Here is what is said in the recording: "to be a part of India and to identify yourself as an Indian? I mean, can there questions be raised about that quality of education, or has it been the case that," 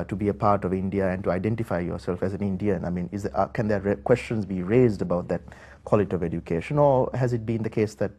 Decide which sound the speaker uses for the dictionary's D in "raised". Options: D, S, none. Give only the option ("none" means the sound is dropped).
D